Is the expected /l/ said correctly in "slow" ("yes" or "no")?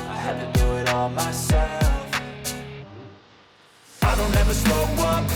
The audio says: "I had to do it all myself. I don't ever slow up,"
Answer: no